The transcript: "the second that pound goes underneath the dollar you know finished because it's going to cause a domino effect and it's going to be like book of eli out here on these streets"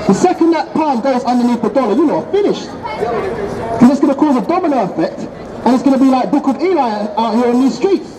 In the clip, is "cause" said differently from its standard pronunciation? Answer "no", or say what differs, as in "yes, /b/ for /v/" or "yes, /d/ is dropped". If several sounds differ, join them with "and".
no